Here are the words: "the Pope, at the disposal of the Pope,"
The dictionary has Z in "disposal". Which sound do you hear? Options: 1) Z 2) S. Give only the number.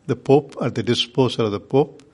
2